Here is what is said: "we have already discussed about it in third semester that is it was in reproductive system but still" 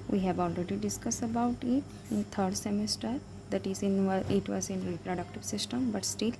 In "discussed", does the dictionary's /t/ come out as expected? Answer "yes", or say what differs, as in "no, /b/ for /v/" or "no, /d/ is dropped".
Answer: no, /t/ is dropped